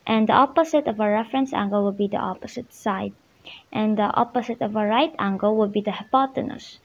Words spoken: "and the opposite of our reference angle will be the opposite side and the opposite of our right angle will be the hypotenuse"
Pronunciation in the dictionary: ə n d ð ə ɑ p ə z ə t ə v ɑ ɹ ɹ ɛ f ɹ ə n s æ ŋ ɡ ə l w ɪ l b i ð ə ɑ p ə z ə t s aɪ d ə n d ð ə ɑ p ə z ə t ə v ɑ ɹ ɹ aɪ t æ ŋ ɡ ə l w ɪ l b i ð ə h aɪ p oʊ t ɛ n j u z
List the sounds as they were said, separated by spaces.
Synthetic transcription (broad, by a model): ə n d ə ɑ p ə s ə t ə v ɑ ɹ ɹ ɛ f ɹ ə n s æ ŋ ɡ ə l w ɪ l b i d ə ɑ p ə s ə t s aɪ d ə n d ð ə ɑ p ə s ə t ə v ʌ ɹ ɹ aɪ t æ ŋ ɡ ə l w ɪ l b i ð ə h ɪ p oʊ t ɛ n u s